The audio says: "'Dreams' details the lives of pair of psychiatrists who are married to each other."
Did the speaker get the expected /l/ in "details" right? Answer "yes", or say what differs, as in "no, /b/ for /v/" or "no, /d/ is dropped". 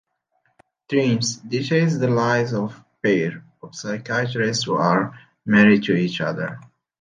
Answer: no, /l/ is dropped